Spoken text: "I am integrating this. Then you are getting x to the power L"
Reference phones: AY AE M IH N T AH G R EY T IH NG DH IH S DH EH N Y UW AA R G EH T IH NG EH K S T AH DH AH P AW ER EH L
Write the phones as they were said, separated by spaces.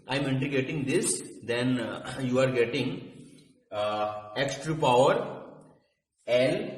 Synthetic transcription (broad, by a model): AY M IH N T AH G EY T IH NG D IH S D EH N Y UW AA R G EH T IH NG EH K S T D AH P AW ER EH L